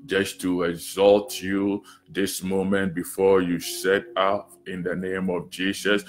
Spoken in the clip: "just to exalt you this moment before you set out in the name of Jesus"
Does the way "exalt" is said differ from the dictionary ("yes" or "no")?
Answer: no